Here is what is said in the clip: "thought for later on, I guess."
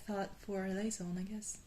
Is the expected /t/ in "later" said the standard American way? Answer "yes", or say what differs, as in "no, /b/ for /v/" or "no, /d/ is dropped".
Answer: no, /s/ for /t/